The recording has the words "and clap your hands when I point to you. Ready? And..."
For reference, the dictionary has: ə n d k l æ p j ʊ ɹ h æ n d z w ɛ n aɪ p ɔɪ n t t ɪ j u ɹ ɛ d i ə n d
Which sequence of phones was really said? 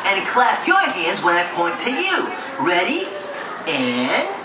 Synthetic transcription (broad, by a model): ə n k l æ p j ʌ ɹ h æ n d z w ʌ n aɪ p ɔɪ n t t ɪ j u ɹ ɛ d i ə n